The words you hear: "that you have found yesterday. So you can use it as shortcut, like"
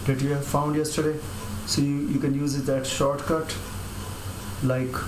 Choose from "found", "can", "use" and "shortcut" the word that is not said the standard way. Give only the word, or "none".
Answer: none